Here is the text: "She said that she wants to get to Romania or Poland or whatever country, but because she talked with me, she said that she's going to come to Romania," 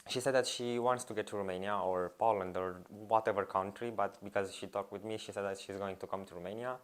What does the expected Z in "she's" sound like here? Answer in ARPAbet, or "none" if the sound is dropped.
Z